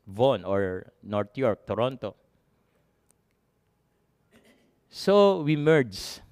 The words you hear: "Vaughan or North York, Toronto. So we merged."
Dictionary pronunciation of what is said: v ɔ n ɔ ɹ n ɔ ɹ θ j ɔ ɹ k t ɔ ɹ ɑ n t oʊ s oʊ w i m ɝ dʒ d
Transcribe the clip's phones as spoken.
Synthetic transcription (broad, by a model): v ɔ n ɔ ɹ n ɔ ɹ t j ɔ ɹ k t ɔ ɹ ɑ n t oʊ s oʊ w i m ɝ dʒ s